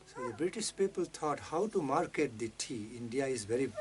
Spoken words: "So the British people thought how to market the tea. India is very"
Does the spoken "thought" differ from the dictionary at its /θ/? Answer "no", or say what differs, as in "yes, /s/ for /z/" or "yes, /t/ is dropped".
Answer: yes, /t/ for /θ/